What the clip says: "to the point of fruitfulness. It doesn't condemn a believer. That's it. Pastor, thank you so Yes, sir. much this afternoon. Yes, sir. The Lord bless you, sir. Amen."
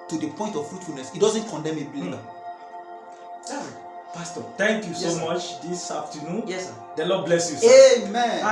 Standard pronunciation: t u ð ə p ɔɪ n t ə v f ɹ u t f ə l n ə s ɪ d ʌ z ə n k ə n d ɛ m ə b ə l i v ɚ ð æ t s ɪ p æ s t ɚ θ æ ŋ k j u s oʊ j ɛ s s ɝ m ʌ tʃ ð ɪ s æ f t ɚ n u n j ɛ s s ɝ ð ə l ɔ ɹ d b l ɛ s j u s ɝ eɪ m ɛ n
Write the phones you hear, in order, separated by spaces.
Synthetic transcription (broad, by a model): t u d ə p ɔɪ n t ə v f ɹ u t f ə l n ə s ɪ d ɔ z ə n k ə n d ɛ m ə b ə l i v ɪ p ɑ s t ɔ t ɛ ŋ k j u s oʊ m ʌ tʃ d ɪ s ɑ f t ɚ n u n j ɛ s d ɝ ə l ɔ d b l ɛ s j u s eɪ m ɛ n